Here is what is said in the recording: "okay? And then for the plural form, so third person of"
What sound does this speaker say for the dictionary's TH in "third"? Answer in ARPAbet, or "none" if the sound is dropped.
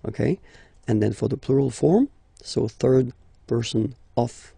TH